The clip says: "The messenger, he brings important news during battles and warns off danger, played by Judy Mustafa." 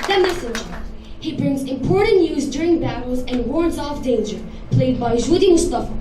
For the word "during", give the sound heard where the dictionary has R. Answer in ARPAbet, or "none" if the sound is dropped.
R